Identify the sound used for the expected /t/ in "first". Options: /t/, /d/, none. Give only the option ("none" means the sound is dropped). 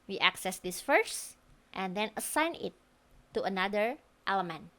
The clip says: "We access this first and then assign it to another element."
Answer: /t/